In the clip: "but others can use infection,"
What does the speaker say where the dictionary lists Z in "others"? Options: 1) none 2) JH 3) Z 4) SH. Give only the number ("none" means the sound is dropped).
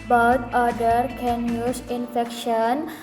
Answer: 1